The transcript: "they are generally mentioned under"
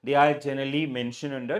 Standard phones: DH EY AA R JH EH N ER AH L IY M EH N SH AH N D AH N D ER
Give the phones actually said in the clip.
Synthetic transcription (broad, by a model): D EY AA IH JH EH N ER AH L IY M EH N SH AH N AH N D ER